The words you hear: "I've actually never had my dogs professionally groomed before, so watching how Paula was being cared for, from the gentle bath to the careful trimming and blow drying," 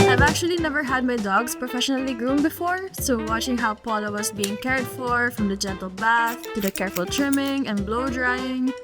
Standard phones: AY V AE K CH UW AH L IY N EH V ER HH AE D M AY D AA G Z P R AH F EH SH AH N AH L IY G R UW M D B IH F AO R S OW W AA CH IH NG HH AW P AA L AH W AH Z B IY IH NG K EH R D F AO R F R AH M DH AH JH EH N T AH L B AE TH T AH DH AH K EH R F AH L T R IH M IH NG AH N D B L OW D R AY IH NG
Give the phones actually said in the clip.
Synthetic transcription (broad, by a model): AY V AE K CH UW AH L IY N EH V ER HH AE D M AY D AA G S P R AH F EH SH AH N AH L IY G R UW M B IH F AO R S OW W AA CH IH NG HH AW P AA L AH W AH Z B IY IH NG K EH R D F AO R F R AH M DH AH JH EH N T AH L B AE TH T AH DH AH K EH R F AH L T R IH M IH NG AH N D B L OW D R AY IH NG